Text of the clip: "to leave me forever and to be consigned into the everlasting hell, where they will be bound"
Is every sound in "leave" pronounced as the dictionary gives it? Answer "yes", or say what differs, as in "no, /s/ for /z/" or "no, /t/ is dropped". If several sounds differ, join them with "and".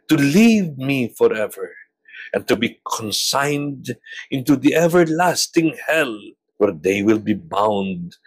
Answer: yes